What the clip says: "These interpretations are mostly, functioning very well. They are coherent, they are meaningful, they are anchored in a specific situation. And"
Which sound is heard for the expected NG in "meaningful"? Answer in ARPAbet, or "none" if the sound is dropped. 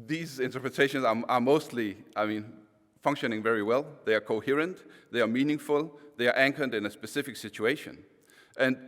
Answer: NG